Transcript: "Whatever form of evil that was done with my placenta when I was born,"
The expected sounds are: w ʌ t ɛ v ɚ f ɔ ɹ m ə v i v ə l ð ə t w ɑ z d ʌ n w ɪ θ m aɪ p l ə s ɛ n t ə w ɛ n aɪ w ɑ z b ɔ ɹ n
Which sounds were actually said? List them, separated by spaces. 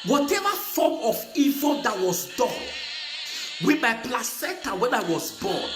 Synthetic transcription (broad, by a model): w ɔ t ɛ v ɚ f ɔ m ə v i v ə l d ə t w ɑ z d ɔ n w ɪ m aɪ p l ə s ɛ t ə w ɛ n aɪ w ɑ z b ɔ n